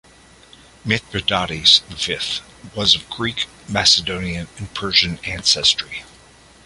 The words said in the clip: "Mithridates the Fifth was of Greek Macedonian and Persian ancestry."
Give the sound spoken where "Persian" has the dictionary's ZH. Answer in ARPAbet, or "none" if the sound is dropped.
ZH